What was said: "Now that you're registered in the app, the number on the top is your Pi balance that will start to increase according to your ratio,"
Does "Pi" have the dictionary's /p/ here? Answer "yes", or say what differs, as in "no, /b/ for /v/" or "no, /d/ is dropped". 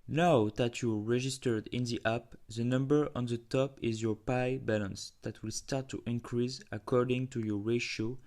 yes